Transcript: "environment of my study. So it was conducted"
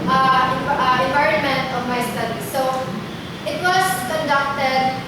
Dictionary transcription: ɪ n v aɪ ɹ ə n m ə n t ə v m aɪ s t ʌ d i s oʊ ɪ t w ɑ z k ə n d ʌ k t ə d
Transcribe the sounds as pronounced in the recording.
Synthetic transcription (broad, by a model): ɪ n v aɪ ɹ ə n m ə n t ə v m aɪ s t ʌ d i s oʊ ɪ t w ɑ s k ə n d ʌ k t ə d